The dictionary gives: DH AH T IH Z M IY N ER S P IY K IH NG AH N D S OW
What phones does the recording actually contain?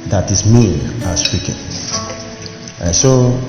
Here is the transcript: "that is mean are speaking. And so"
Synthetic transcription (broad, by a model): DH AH T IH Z M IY ER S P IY K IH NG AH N S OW